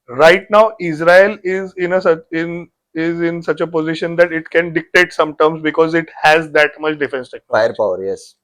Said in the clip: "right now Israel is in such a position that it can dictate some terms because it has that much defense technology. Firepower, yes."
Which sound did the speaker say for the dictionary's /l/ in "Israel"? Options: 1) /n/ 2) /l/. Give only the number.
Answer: 1